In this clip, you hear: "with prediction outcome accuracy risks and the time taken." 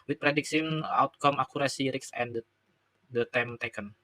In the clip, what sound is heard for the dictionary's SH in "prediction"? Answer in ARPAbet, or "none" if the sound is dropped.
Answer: S